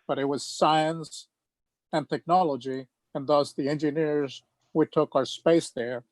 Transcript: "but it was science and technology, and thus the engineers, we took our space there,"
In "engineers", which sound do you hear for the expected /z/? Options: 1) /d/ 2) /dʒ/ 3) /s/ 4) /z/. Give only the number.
4